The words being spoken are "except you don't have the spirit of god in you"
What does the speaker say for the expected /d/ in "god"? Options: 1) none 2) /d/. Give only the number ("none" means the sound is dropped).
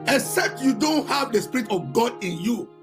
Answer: 2